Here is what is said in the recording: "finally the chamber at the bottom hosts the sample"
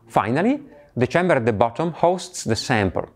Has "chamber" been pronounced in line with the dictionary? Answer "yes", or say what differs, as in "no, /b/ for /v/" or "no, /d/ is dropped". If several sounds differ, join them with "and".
yes